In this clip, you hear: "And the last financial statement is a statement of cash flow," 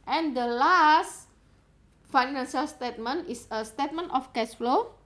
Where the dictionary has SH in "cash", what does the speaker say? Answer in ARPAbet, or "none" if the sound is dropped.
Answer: S